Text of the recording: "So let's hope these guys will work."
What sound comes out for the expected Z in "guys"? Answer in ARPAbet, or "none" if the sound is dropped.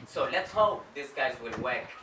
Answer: Z